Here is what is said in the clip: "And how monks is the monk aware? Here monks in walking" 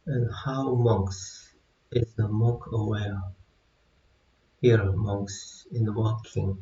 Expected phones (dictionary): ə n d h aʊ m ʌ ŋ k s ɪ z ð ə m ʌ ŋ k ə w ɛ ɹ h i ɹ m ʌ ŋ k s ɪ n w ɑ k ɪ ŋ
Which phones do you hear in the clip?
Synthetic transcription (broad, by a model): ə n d h aʊ m ʌ ŋ k s ɪ z ð ə m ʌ k ə w ɛ ɹ h i ɹ m ʌ ŋ k s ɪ n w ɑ k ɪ ŋ